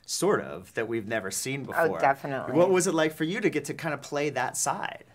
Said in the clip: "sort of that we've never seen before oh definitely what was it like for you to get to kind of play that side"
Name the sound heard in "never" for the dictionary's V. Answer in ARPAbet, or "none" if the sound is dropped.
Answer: V